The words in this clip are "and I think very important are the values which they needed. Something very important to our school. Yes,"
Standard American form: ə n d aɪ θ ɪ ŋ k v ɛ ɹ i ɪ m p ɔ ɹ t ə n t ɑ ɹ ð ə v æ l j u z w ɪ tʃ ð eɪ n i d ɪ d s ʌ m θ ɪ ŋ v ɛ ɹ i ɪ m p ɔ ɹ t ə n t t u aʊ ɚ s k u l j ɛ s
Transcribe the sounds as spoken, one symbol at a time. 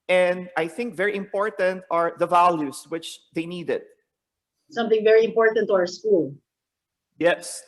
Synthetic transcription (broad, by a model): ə n d aɪ θ ɪ ŋ k v ɛ ɹ i ɪ m p ɔ ɹ t ə n t ɑ ɹ ð ə v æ l j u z w ɪ tʃ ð eɪ n i d ɪ d s ʌ m θ ɪ ŋ v ɛ ɹ i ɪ m p ɔ ɹ t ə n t t u aʊ ɚ s k u l j ɛ s